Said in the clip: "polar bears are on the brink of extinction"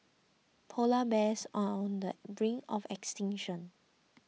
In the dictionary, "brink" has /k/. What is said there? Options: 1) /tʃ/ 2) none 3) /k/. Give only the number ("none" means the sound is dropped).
2